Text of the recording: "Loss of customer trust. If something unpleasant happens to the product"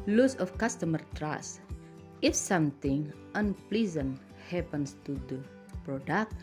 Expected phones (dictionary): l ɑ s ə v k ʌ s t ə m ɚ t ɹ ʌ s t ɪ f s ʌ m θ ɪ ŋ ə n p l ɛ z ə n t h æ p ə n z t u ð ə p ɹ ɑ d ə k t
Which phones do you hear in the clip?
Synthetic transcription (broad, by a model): l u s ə f k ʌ s t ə m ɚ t ɹ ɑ s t ɪ f s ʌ m t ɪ ŋ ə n p l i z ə n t h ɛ p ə n s t u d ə p ɹ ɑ d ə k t